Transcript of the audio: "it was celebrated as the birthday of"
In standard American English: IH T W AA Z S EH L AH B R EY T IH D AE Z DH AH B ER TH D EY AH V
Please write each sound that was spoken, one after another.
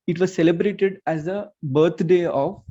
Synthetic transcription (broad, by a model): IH T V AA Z S EH L AH B R EY T IH D AE Z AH B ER T D EY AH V